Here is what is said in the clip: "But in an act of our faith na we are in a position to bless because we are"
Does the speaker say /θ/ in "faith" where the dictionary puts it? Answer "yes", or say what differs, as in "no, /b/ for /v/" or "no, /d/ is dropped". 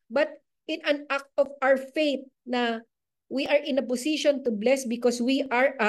no, /t/ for /θ/